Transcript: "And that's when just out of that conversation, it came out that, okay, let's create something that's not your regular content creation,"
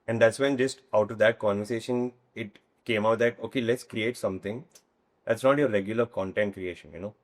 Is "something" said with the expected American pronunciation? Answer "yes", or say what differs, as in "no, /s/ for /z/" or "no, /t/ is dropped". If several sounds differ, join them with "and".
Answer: no, /t/ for /θ/